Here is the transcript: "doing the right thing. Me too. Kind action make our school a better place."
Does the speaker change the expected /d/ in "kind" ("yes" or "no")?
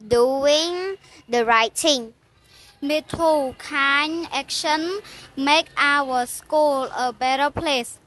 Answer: yes